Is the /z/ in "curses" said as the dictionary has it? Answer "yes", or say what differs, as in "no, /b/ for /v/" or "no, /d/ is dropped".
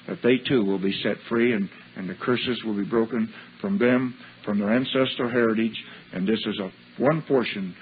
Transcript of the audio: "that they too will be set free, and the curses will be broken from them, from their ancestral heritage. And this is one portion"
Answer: yes